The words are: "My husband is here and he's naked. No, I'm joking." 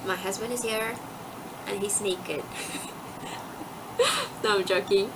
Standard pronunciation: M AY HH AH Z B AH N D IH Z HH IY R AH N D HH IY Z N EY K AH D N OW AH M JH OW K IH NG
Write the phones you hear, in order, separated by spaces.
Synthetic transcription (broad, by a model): M AY HH AH Z B AH N D IH Z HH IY R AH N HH IY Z N EY K AH D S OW AH M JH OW K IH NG